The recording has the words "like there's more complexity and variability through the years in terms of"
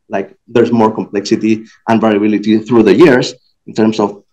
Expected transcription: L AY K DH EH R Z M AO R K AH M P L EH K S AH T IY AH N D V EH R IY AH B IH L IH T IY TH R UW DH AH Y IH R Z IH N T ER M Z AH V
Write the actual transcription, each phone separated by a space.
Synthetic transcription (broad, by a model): L AY K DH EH R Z M AO R K AH M P L EH K S AH T IY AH N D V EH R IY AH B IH L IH T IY TH R UW DH AH Y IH R S IH N T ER M S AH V